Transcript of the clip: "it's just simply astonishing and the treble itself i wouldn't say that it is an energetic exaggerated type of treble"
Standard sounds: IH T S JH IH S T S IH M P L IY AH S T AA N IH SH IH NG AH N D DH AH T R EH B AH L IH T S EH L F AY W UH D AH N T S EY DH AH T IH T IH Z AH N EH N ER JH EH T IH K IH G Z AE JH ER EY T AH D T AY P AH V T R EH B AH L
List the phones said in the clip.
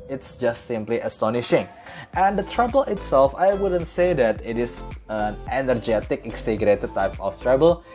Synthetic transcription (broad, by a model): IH T S JH IH S T S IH M P L IY AH S T AA N IH SH IH NG AH N D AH T R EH B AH L IH T S EH L F AY W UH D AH N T S EY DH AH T IH T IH S AH N EH N ER JH EH T IH K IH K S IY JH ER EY T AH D T AY P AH F T R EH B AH L